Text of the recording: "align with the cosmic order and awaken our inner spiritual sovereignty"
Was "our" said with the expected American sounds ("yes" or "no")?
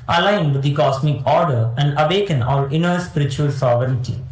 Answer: no